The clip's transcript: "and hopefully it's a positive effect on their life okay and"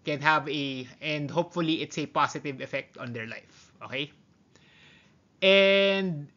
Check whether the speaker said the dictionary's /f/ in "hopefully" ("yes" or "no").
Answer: yes